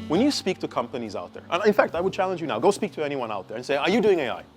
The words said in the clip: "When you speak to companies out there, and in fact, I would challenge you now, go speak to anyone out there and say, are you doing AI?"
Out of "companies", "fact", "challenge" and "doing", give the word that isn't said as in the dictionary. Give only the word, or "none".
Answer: none